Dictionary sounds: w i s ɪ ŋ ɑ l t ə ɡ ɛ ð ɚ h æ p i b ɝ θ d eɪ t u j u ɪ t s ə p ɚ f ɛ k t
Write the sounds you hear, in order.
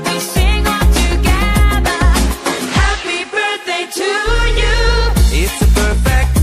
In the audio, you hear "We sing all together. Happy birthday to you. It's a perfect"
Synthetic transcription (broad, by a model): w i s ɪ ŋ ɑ n t ə ɡ ɛ ð ɚ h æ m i b ɝ θ d eɪ t u j u ɪ t s ə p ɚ f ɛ k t